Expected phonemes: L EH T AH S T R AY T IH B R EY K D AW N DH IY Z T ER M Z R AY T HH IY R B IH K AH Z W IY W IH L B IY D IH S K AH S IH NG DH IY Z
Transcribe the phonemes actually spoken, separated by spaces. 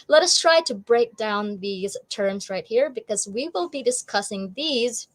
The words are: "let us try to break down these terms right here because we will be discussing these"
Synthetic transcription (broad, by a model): L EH T AH S T R AY T IH B R EY K D AW N DH IY Z T ER M Z R AY T HH IY R B IH K AH Z W IY W IH L B IY D IH S K AH S IH NG DH IY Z